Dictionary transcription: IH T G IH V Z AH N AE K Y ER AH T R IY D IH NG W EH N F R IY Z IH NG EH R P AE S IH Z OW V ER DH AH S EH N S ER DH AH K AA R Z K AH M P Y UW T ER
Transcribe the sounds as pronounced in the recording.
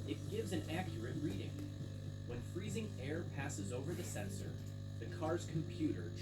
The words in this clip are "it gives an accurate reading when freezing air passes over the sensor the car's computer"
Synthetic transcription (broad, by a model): IH T G IH V Z AH N AE K Y ER AH T R IY D IH NG W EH N F R IY Z IH NG EH R P AE S IH Z OW V ER DH AH S EH N S ER DH AH K AA R Z K M P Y UW T ER